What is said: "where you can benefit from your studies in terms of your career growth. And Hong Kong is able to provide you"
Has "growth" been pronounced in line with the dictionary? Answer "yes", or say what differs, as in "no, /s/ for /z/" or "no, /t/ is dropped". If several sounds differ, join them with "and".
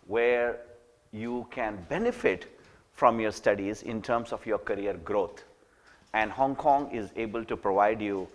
no, /t/ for /θ/